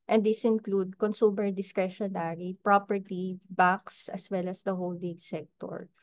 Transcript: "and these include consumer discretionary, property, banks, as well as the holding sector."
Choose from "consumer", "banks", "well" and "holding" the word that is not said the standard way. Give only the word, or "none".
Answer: banks